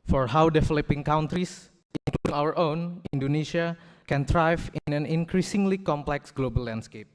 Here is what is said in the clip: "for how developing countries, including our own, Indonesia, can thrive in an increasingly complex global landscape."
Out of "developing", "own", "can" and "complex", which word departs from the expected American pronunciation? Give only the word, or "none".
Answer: developing